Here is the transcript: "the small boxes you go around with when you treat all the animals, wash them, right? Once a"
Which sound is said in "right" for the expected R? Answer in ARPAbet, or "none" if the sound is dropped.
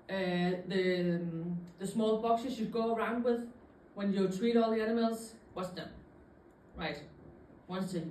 R